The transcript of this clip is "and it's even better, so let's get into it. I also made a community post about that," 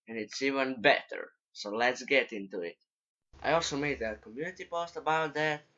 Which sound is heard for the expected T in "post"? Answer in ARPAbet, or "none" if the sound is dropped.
T